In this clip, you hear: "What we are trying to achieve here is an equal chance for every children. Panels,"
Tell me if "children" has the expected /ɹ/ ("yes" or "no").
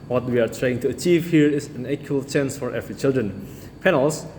yes